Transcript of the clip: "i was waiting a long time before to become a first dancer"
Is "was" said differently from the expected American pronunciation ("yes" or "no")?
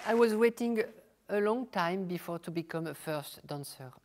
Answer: no